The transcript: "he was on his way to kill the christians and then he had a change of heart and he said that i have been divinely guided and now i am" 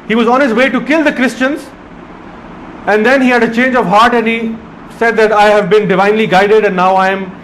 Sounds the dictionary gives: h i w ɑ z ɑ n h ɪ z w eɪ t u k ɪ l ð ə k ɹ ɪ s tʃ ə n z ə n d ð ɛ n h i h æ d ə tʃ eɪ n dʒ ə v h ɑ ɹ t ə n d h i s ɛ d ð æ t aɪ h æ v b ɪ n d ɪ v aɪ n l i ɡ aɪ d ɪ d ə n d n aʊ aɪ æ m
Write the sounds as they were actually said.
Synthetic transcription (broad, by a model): h i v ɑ z ɑ n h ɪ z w eɪ t u k ɪ l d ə k ɹ ɪ s tʃ ə n z ə n d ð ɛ n h i h æ d ə tʃ eɪ n dʒ ə v h ɑ ɹ t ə n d h i s ɛ d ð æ t aɪ h æ v b ɪ n d ɪ v aɪ n l i ɡ aɪ d ɪ d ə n n aʊ aɪ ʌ m